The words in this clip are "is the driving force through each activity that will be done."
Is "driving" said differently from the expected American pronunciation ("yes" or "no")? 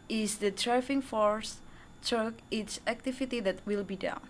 yes